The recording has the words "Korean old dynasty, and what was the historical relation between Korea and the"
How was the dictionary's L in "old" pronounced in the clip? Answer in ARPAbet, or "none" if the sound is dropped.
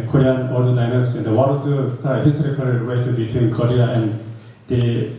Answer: none